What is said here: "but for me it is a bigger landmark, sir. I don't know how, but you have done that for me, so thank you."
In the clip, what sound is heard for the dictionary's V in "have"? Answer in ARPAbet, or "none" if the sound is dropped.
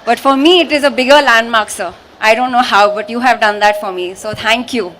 V